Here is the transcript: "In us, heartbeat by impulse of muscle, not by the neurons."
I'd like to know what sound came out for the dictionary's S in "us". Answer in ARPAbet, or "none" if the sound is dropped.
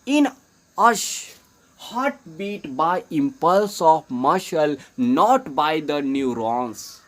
SH